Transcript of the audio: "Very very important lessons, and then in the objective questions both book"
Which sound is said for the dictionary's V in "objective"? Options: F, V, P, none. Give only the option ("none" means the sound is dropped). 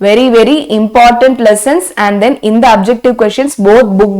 V